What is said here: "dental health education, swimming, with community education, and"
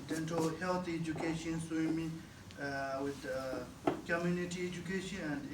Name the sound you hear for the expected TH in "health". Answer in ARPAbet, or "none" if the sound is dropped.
T